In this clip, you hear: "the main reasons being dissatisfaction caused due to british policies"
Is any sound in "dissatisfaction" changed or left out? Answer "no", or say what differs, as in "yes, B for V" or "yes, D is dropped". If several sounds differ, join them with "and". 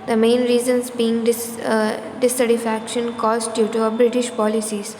yes, S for T